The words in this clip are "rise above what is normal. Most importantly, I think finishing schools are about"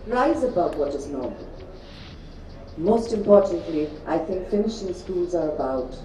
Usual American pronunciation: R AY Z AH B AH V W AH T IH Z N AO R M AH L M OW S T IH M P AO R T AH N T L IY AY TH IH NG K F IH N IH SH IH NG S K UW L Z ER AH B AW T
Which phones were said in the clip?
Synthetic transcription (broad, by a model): R AY Z AH B AH V W AH T IH Z N AO R M AH L M OW S T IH M P AO R T N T L IY AY TH IH NG K F IH N IH SH IH NG S K UW L Z ER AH B AW T